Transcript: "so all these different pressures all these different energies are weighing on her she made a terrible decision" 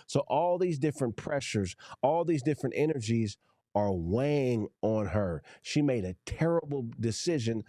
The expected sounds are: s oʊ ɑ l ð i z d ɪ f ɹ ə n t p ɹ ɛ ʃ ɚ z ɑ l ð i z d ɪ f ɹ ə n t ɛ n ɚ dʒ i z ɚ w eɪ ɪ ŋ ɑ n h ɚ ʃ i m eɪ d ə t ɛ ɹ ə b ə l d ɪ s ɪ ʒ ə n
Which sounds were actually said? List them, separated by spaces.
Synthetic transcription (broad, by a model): s oʊ ɑ l ð i z d ɪ f ɹ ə n p ɹ ɛ ʃ ɚ z ɑ l ð i z d ɪ f ɹ ə n t ɛ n ɚ dʒ i z ɚ w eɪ ɪ ŋ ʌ n ɚ ʃ i m eɪ d ə t ɛ ɹ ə b l d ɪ s ɪ ʒ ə n